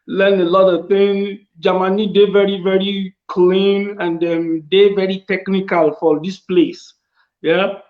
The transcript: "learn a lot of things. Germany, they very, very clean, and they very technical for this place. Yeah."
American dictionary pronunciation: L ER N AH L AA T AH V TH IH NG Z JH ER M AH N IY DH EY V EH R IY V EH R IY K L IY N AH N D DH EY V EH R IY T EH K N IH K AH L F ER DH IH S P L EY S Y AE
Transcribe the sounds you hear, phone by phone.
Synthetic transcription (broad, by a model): L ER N AH L AA T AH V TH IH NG JH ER M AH N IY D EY V EH R IY V EH R IY K L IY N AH N D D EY V EH R IY T EH K N IH K AH L F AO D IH S P L EY S Y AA